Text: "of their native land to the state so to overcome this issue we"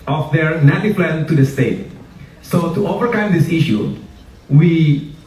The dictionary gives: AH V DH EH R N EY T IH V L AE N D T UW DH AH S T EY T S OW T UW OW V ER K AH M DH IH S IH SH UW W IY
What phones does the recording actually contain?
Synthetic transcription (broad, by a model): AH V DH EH R N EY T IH P L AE N T UW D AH S T EY T S OW T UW OW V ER K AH M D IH S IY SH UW W IY